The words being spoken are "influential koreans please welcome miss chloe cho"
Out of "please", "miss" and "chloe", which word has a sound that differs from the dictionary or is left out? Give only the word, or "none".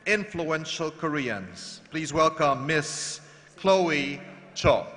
none